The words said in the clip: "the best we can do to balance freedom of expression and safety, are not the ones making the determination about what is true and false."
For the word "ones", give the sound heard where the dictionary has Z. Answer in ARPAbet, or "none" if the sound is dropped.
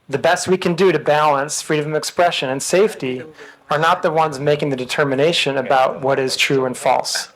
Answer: Z